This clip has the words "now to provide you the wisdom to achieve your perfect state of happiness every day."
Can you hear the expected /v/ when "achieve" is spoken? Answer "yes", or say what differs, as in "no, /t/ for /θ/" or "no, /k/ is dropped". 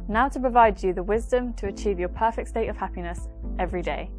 yes